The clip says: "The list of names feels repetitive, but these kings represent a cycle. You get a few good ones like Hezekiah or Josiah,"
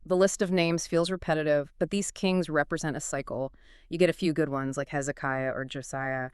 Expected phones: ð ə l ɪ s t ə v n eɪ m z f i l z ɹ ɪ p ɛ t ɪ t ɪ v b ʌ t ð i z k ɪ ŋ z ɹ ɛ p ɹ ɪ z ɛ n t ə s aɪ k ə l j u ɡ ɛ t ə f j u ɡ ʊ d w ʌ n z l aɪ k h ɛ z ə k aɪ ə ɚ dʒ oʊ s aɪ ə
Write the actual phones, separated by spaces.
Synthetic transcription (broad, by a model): ð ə l ɪ s t ə v n eɪ m z f i l z ɹ ɪ p ɛ t ɪ t ɪ v b ʌ t ð i z k ɪ ŋ z ɹ ɛ p ɹ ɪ z ɛ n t ə s aɪ k l j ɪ ɡ ɛ t ə f j u ɡ ʊ d w ʌ n z l aɪ k h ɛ z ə k aɪ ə ɚ dʒ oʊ s aɪ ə